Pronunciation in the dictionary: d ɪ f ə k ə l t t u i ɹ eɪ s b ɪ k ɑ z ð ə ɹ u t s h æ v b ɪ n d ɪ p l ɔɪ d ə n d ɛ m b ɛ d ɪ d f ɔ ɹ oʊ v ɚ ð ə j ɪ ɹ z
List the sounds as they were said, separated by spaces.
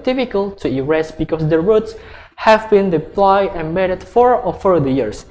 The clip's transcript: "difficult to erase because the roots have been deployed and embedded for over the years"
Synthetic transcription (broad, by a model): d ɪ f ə k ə l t t u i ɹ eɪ s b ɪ k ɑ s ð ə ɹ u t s h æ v b ɪ n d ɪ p l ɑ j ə n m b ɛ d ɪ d f ɔ ɹ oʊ f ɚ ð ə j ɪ ɹ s